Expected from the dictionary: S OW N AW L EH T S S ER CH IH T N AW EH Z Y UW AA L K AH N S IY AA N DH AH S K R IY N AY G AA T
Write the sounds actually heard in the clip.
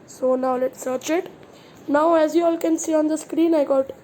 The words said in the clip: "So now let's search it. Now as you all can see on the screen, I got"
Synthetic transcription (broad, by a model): S OW N AW L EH T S S ER CH IH T N AW EH Z Y UW AA L K AH N S IY AA N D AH S K R IY N AY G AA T